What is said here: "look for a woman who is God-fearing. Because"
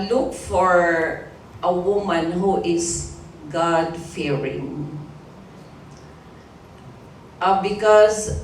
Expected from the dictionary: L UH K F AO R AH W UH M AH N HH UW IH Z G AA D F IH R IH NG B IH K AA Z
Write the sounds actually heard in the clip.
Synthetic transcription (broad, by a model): L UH K F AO R AH W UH M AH N HH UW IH S G AA D F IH R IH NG B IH K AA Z